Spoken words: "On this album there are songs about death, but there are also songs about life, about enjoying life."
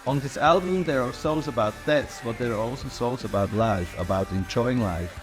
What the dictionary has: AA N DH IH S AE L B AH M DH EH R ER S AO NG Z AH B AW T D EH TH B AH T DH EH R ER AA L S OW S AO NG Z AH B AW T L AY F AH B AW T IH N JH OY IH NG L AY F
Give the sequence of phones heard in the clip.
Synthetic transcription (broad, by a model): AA N DH IH S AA L B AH M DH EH R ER S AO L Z AH B AW T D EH S B AH T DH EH R ER AA L S OW S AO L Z AH B AW T L AY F AH B AW T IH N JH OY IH NG L AY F